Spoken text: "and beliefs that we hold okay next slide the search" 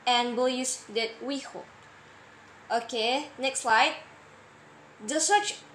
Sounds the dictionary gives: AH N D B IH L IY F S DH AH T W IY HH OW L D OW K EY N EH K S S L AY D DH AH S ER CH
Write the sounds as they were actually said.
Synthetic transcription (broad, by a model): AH N B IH L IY S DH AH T W IY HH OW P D OW K EY N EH K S S L AY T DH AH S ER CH